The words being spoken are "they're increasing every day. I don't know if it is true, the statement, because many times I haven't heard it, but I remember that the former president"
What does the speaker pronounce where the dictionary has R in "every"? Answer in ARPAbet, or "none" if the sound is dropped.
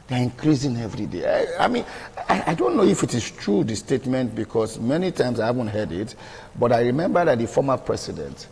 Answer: R